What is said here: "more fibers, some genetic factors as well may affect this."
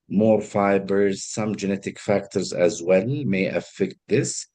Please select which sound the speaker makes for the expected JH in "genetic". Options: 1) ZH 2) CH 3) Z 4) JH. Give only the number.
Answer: 4